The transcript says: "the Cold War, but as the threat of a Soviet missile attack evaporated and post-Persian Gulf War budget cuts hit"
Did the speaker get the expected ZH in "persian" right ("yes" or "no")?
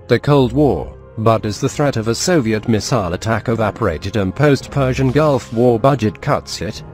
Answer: yes